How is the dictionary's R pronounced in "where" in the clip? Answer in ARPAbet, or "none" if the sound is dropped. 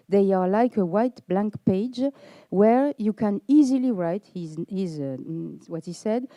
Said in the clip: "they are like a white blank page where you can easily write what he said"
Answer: R